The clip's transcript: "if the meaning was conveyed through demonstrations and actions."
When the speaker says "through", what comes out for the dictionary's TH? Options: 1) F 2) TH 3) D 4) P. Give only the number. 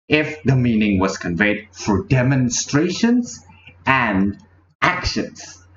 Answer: 1